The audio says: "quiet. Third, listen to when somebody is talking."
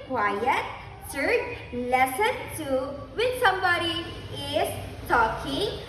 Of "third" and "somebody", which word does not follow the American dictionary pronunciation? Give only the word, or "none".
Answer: third